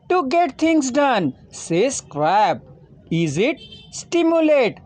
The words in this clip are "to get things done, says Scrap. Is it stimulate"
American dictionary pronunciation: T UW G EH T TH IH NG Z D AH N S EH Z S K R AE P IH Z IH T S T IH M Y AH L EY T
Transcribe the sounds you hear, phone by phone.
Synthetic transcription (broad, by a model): T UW G EH T T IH NG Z D AH N S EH S K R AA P IH Z IH T S T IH M Y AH L EY T